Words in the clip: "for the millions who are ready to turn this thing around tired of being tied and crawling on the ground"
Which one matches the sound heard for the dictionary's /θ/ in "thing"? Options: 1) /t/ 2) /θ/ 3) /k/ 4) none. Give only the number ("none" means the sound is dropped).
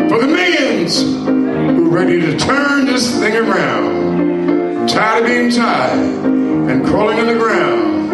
2